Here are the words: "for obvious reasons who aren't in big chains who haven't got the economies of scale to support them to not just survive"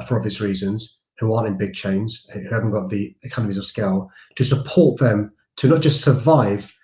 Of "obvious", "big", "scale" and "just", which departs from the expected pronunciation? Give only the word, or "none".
obvious